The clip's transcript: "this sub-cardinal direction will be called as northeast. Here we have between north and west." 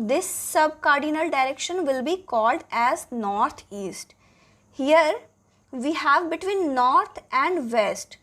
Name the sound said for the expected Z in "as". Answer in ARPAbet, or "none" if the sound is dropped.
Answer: Z